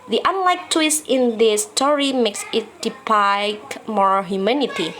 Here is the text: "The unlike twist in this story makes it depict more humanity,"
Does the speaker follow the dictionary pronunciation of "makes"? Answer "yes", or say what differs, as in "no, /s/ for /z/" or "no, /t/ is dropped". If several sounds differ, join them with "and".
yes